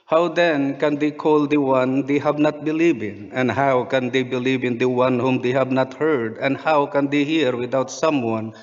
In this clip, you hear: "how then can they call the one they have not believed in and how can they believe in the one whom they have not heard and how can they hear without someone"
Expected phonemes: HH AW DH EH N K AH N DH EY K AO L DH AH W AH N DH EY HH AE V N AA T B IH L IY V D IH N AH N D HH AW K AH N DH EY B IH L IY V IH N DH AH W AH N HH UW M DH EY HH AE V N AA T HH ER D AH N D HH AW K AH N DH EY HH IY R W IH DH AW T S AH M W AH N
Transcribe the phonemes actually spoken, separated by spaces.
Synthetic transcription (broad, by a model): HH AW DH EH N K AH N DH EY K AO L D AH W AH N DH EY HH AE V N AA T B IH L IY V IH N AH N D HH AW K AH N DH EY B IH L IY V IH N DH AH W AH N HH UW M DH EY HH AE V N AA T HH ER D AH N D HH AW K AH N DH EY HH IY R W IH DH AW T S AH M W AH N